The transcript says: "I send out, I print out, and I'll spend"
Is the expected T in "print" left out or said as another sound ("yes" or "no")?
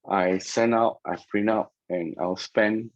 yes